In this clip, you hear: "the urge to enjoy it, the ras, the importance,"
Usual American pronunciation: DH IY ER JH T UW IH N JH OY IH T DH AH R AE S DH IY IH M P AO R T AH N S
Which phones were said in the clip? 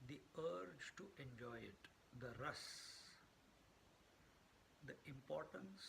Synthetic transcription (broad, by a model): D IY ER JH T UW IH N JH OY IH T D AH R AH S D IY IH M P AO R T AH N S